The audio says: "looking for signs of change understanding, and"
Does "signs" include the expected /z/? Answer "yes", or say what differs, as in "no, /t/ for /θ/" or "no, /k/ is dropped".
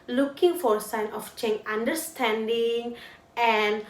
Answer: no, /z/ is dropped